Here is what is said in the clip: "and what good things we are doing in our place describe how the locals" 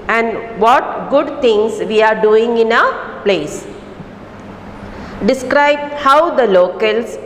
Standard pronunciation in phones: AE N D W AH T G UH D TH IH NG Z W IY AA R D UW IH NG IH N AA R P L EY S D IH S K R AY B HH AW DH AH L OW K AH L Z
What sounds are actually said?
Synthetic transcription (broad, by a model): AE N D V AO T G UH D T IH NG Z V IY AA R D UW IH NG IH N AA P L EY S D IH S K R AY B HH AW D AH L OW K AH L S